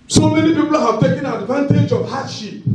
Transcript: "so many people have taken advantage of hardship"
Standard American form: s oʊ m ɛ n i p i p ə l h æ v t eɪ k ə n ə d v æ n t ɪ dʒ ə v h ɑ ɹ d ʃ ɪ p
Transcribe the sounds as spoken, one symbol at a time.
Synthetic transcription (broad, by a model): s oʊ m ɛ n i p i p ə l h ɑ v t eɪ k ə n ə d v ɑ n t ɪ dʒ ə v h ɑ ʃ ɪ